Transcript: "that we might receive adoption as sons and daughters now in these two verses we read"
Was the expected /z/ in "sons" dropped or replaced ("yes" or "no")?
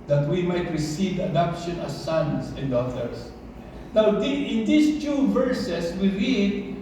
yes